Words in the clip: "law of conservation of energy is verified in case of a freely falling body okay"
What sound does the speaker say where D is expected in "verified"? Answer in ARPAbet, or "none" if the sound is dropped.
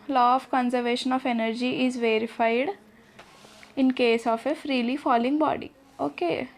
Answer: D